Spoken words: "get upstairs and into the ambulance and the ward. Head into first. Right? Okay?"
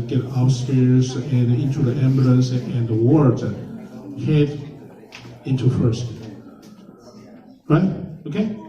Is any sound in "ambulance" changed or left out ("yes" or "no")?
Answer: yes